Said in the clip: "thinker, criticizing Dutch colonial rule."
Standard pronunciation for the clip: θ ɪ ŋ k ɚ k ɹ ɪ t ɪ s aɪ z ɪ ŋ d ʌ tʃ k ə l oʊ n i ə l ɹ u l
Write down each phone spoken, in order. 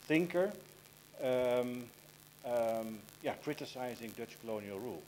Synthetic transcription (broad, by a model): θ ɪ ŋ k ɚ k ɹ ɪ t ɪ s aɪ z ɪ ŋ d ʌ tʃ k ə l oʊ n i ə l ɹ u l